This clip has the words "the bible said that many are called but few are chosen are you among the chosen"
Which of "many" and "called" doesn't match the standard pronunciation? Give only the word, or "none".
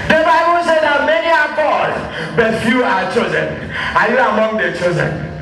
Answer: called